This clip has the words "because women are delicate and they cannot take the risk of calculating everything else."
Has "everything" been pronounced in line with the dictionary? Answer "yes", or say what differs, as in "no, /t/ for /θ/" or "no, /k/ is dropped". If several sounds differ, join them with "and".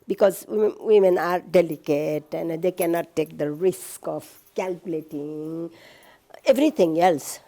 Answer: no, /t/ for /θ/